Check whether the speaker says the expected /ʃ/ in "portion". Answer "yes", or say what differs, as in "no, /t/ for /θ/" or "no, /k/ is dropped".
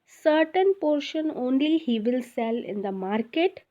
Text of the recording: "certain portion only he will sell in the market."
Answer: yes